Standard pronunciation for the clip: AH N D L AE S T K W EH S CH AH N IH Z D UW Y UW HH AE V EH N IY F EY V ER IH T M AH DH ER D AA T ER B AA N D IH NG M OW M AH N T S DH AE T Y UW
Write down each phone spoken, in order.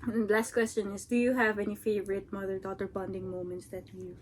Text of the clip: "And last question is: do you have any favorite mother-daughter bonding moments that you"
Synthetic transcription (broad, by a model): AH L AE S T K W EH S CH AH N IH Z D UW Y UW HH AE V EH N IY F EY V ER IH T M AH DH ER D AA T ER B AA N D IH NG M OW M AH N T S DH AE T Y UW